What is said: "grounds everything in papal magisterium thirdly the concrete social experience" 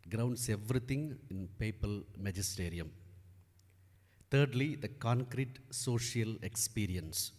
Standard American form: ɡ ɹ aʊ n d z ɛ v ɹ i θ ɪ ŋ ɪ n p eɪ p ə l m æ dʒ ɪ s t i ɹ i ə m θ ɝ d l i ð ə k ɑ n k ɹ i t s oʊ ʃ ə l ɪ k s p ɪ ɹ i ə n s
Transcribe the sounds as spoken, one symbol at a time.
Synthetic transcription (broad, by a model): ɡ ɹ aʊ n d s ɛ v ɹ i t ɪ ŋ ɪ n p eɪ p ə l m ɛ dʒ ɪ s t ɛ ɹ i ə m t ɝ d l i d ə k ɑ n k ɹ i t s oʊ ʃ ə l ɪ k s p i ɹ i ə n s